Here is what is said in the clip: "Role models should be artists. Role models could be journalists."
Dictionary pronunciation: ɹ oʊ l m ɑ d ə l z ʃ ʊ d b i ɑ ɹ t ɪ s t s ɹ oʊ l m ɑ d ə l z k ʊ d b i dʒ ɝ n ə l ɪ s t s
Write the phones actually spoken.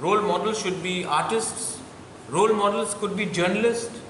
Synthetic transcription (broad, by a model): ɹ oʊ l m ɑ d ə l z ʃ ʊ d b i ɑ ɹ t ɪ s t s ɹ oʊ l m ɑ d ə l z k ʊ d b i dʒ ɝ n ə l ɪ s t